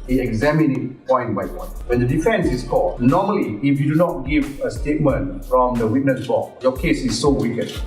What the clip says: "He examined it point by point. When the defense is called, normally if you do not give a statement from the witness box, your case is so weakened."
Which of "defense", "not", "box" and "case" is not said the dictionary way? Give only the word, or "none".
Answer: box